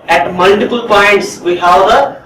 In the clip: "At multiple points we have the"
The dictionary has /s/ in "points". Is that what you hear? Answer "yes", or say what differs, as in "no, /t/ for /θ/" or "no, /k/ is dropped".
yes